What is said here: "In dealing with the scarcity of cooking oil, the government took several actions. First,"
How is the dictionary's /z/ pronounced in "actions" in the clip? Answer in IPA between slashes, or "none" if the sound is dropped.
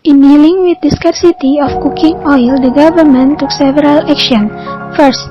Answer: none